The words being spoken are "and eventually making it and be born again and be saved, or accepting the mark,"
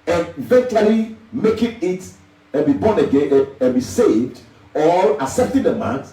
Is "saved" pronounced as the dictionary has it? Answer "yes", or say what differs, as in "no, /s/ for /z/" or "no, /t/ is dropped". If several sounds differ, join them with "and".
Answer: yes